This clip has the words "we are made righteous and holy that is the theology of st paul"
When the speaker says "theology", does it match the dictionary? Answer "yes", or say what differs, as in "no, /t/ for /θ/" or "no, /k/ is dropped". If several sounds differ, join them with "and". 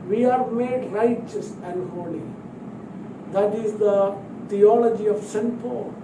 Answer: no, /t/ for /θ/